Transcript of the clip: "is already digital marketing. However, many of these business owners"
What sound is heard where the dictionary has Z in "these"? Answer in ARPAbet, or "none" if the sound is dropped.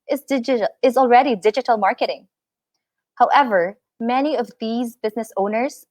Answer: Z